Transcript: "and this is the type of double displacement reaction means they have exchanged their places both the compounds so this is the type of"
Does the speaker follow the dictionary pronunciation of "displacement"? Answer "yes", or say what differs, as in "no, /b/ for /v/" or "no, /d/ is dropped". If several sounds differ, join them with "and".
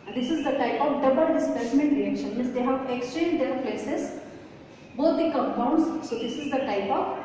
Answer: no, /l/ is dropped